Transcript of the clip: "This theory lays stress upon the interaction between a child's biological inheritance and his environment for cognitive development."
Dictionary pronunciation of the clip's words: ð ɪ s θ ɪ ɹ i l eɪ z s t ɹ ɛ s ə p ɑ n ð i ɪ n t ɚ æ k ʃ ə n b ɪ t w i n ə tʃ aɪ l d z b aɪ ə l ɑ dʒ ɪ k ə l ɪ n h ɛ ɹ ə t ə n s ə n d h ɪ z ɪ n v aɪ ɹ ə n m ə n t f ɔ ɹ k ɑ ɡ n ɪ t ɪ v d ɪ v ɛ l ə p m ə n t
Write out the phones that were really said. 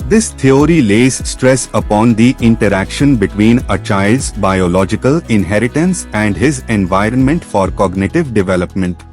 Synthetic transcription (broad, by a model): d ɪ s t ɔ ɹ i l eɪ z s t ɹ ɛ s ə p ɑ n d i ɪ n t ɚ æ k ʃ ə n b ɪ t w i n ə tʃ aɪ l d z b aɪ ə l ɑ dʒ ɪ k ə l ɪ n h ɛ ɹ ə t ə n s ə n d h ɪ z ɪ n v aɪ ɹ ə n m ə n t f ɔ ɹ k ɑ ɡ n ɪ t ɪ v d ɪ v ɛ l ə p m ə n t